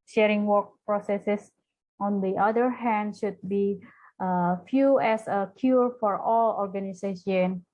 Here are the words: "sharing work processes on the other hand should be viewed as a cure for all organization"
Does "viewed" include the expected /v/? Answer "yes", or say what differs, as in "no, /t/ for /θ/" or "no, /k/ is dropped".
no, /f/ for /v/